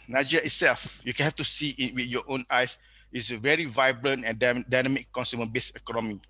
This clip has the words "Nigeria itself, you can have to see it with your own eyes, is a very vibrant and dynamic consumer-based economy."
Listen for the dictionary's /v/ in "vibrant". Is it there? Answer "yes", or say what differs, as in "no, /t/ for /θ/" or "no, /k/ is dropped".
yes